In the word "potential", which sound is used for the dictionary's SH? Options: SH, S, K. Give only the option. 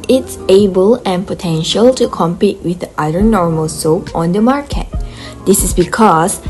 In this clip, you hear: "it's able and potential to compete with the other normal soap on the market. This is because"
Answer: SH